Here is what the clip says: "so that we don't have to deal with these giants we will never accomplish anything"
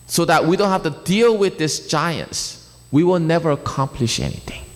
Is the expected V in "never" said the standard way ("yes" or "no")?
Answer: yes